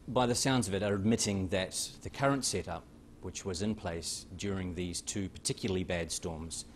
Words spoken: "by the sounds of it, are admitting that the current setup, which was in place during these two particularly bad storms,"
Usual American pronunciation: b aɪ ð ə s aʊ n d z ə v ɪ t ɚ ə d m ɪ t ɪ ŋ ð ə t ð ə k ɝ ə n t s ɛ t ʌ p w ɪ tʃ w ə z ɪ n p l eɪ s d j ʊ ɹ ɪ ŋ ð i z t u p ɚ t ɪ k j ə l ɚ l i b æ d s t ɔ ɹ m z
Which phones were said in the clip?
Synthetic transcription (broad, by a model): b aɪ ð ə s aʊ n d z ə v ɪ t ɚ ə d m ɪ t ɪ ŋ ð ə t ð ə k ɝ ə n t s ɛ t ʌ p w ɪ tʃ w ə z ɪ n p l eɪ s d j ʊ ɹ ɪ ŋ ð i z t u p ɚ t ɪ k j l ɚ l i b æ d s t ɔ ɹ m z